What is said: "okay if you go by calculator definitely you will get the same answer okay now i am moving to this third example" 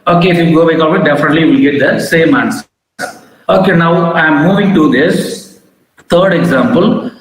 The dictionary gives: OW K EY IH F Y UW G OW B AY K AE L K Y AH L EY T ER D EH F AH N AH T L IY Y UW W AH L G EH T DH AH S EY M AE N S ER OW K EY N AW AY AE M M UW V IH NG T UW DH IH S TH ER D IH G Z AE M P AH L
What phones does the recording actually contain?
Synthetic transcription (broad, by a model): OW K EY IH F Y UW G OW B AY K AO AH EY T D EH F AH N AH T L IY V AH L G EH T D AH S EY M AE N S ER OW K EY N AW AY M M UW V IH NG T UW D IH S T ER D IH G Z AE M P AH L